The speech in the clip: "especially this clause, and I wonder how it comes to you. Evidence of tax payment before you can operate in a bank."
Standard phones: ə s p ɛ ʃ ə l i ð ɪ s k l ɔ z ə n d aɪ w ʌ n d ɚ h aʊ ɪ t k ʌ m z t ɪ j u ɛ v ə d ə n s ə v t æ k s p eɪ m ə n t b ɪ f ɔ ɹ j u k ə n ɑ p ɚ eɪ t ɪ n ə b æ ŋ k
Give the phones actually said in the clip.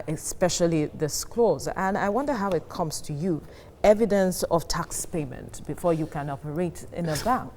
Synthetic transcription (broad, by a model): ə s p ɛ ʃ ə l i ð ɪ s k l ɔ z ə n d aɪ w ʌ n d ɚ h aʊ ɪ t k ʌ m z t ɪ j u ɛ v ə d ə n s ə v t æ k s p eɪ m ə n t b ɪ f ɔ ɹ j u k ə n ɑ p ɚ eɪ t ɪ n ə b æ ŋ k